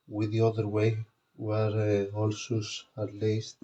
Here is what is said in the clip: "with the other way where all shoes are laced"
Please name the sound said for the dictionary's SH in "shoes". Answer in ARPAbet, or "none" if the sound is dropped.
S